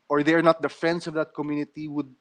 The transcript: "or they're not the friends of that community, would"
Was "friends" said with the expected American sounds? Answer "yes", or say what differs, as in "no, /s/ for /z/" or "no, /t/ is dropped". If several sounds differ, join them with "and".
no, /s/ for /z/